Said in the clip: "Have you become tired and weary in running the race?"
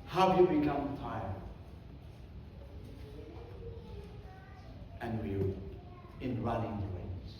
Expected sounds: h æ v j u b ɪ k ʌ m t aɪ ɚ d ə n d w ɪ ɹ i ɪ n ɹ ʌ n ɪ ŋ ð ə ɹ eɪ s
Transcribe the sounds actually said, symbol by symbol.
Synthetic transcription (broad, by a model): h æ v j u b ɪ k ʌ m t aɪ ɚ ə n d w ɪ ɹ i ɪ n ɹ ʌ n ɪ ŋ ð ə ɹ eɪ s